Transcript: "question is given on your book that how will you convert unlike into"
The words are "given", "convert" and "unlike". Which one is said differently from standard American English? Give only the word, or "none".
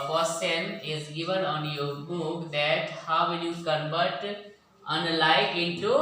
convert